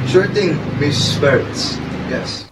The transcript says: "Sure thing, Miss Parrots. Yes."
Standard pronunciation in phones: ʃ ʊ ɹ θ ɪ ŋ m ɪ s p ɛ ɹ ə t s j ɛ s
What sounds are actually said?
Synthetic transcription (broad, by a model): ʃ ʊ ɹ t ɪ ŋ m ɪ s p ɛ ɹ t s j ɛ s